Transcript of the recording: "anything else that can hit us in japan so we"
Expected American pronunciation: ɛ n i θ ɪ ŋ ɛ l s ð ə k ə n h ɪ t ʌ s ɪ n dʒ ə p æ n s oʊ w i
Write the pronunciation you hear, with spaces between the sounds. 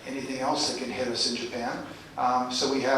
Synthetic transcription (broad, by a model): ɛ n i θ ɪ ŋ ɛ l s ð ə k ə n h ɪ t ʌ s ɪ n dʒ ə p æ n s oʊ w i